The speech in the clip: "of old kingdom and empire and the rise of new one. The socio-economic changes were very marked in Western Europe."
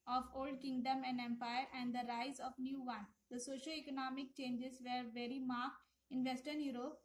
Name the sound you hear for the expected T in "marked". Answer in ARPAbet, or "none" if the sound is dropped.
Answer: T